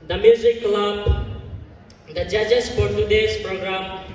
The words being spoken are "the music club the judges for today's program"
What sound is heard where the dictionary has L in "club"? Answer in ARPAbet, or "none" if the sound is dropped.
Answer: L